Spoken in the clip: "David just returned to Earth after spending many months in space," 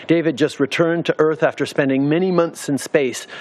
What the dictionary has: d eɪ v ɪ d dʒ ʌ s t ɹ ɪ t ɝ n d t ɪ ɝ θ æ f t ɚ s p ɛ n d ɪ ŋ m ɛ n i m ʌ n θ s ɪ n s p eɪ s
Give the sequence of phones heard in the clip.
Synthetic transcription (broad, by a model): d eɪ v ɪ d dʒ ʌ s t ɹ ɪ t ɝ n t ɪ ɝ θ æ f t ɚ s p ɛ n d ɪ ŋ m ɛ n i m ʌ n θ s ɪ n s p eɪ s